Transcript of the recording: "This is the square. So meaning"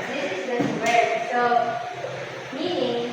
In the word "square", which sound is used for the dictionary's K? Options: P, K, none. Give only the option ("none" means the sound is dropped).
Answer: none